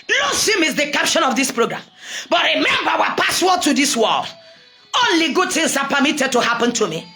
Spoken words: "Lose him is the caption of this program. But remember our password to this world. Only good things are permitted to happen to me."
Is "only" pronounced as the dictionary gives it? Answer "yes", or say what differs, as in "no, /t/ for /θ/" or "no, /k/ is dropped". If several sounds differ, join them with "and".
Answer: yes